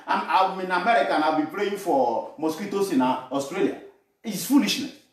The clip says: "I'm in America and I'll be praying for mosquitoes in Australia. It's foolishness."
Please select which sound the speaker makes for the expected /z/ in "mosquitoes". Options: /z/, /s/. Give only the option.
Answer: /s/